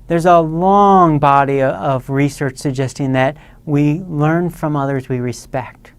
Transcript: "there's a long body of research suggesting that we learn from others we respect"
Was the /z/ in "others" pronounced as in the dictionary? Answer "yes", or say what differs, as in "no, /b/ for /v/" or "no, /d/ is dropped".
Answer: yes